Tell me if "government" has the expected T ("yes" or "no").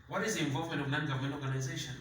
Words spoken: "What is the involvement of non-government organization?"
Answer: no